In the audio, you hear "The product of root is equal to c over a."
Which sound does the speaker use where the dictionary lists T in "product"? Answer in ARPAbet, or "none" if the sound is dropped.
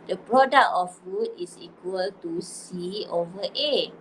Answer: none